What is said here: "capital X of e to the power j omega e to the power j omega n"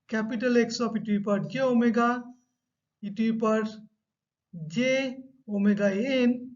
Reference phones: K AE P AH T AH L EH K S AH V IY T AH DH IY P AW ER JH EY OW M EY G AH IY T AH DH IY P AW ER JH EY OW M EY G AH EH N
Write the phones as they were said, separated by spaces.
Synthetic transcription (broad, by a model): K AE P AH T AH L EH K S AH P IY T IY P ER JH EY OW M EY G AH IY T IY P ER JH EY OW M EY G AH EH N